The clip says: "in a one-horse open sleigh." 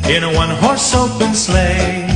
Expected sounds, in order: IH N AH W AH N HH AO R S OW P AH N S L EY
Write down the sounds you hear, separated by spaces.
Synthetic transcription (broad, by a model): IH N AH W AH N HH AO R S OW B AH N S L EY